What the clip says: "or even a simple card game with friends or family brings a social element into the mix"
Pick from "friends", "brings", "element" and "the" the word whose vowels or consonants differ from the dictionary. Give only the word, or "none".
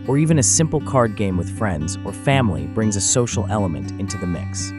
none